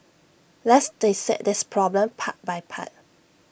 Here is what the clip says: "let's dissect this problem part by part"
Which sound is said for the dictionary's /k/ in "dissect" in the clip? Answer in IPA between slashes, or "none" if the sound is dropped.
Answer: none